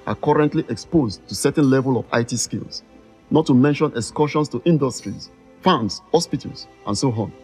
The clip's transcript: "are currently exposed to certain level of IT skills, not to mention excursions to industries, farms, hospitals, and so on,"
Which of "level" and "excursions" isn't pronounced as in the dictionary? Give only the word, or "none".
excursions